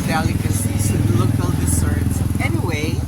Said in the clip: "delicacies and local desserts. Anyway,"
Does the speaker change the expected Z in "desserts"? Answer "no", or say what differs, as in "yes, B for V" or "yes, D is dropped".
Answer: yes, S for Z